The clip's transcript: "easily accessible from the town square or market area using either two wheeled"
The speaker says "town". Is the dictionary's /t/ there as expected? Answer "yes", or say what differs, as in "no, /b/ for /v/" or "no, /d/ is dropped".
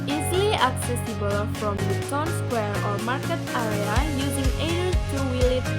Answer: no, /s/ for /t/